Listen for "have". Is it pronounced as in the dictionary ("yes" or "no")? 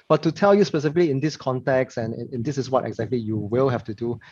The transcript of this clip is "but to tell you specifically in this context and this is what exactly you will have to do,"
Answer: no